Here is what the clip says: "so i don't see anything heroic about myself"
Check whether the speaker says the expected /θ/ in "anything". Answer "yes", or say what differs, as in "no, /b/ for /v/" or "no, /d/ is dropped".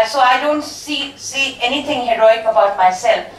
no, /t/ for /θ/